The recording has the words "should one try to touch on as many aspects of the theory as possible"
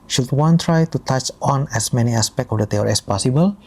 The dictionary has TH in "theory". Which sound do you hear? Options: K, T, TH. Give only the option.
T